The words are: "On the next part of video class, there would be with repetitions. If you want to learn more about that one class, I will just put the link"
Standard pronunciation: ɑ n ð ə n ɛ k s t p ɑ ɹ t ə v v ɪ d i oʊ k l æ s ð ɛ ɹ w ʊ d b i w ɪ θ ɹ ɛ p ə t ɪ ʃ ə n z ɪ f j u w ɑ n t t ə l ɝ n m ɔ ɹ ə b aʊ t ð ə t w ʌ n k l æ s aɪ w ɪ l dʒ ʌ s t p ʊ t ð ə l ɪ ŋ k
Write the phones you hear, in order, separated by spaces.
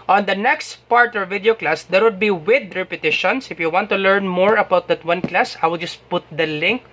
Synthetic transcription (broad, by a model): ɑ n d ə n ɛ k s t p ɑ ɹ t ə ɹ v ɪ d i oʊ k l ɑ s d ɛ ɹ w ʊ d b i w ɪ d ɹ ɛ p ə t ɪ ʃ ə n s ɪ f j u w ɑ n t t ə l ɝ n m ɔ ɹ ə b aʊ t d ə t w ʌ n k l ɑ s aɪ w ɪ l dʒ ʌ s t p ʊ t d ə l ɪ ŋ k